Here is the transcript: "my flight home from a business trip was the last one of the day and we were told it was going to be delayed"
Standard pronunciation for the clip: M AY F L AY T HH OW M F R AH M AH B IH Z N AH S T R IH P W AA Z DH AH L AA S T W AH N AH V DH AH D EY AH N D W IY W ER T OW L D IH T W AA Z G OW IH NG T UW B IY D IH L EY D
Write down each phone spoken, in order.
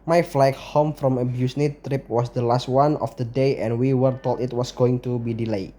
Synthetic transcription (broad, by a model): M AY F L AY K HH OW M F R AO M AH B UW S N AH T R IH P W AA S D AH L AA S T W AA N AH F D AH D EY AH N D W IY W ER T OW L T IH T W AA S G OW IH NG T UW B IY D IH L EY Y